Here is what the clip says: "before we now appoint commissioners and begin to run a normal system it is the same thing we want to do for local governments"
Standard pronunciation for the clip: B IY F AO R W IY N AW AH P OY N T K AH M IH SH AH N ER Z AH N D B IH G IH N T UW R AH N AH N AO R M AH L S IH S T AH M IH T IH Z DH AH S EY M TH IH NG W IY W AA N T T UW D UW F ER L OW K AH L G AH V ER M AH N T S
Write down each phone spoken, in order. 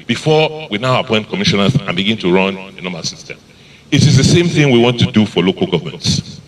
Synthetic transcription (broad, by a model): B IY F AO W IY N AW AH P OY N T K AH M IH SH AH N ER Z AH N B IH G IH N T UW R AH N AH N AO M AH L S IH S T AH M IH T IH Z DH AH S EY M TH IH NG W IY W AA N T T UW D UW F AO L OW K AH L G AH V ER M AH N T S